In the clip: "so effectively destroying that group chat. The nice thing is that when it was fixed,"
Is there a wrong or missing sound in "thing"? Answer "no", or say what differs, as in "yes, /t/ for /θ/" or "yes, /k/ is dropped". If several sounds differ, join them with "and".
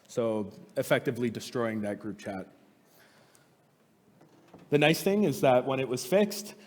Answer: no